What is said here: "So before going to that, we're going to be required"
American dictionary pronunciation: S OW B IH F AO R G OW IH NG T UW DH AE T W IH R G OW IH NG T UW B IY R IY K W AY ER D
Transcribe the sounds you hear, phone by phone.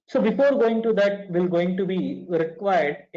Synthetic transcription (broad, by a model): S OW B IH F AO R G OW IH NG T UW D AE T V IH L G OW IH NG T UW B IY R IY K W AY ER D